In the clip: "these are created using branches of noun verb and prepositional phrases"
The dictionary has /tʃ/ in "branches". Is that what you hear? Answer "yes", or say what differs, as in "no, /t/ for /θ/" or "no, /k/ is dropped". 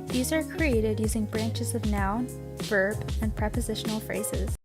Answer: yes